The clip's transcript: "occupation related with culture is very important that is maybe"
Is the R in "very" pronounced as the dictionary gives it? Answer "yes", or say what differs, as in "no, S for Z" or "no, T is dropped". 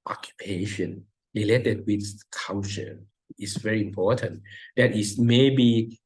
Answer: yes